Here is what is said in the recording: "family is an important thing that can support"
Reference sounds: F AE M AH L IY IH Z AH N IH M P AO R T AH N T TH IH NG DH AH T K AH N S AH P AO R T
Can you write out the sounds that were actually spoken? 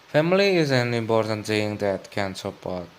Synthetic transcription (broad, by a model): F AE M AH L IY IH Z AH N IH M P AO R T AH N T S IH NG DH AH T K AH N S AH P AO R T